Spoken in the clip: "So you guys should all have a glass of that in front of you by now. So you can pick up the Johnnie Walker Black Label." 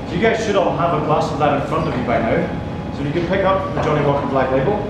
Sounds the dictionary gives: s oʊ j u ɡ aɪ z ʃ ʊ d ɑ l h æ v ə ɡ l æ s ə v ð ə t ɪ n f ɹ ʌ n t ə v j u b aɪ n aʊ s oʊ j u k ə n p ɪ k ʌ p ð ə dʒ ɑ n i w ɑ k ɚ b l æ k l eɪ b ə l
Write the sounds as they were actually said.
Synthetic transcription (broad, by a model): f j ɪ ɡ aɪ z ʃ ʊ d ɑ n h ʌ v ə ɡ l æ s ə v ð ə t ɪ n f ɹ ʌ n t ə v j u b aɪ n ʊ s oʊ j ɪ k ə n p ɪ k ʌ p ð ə dʒ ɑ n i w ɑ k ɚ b l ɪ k l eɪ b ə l